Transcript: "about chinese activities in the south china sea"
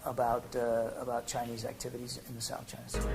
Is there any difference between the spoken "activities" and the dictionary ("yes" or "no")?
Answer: no